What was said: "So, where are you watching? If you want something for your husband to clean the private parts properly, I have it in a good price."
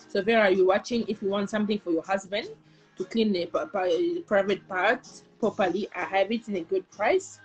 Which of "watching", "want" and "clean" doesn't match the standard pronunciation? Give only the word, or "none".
none